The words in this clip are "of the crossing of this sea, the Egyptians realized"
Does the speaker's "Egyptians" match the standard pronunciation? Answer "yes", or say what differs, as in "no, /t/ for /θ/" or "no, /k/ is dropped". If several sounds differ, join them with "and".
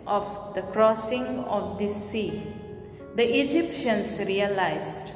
no, /s/ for /z/